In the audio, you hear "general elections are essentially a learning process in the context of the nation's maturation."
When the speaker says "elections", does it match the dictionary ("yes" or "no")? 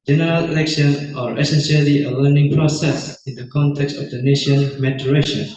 no